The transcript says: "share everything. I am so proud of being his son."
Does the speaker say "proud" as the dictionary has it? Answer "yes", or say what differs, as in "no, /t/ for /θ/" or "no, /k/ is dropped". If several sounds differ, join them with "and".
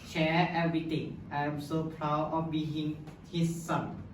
no, /d/ is dropped